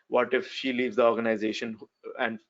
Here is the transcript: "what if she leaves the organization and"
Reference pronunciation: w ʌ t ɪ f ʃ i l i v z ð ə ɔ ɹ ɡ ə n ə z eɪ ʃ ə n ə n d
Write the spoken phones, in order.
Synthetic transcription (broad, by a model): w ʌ t ɪ f ʃ i l i v z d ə ɔ ɹ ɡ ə n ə z eɪ ʃ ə n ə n d